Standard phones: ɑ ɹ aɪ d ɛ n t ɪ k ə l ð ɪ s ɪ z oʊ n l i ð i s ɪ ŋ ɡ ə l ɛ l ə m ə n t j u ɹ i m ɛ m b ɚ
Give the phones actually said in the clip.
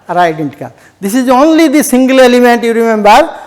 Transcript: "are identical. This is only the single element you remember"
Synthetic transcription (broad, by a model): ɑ ɹ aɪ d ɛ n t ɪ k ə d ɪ s ɪ z oʊ n l i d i s ɪ ŋ ɡ ə l ɛ l ə m ə n t j u ɹ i m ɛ m b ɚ